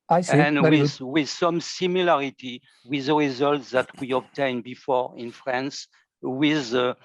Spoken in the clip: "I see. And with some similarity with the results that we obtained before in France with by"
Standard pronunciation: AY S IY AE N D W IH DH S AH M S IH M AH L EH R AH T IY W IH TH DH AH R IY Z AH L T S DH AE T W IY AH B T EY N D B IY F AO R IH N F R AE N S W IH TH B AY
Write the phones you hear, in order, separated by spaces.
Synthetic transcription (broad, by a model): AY S IY N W W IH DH S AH M S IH M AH L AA R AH T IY W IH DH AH R IY Z AH L T S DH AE T W IY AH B T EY N B IY F AO R IH N F R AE N S W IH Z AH